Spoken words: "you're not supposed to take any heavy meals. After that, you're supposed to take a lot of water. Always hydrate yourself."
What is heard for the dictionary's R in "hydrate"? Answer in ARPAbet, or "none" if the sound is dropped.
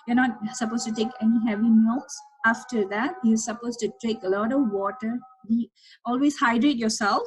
R